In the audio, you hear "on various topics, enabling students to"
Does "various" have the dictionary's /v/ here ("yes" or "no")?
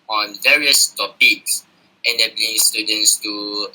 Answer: yes